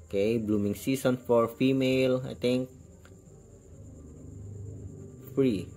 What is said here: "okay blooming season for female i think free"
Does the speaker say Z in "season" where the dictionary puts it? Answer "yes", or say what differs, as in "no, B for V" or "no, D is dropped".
no, S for Z